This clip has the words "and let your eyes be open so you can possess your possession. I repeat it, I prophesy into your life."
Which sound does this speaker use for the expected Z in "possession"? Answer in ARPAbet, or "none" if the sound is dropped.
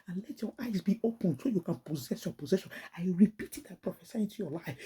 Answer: Z